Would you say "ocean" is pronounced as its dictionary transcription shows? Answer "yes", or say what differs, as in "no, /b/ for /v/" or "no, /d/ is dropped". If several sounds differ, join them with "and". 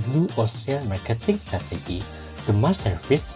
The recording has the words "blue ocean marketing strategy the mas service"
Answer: no, /s/ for /ʃ/